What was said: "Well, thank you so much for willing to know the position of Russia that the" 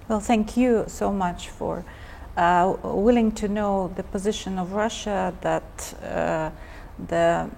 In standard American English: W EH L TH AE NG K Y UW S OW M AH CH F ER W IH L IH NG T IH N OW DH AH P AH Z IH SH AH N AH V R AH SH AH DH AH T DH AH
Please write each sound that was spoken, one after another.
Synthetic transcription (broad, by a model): W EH L TH AE NG K Y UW S OW M AH CH F ER W IH L IH NG T IH N OW DH AH P AH Z IH SH AH N AH V R AH SH AH DH AH T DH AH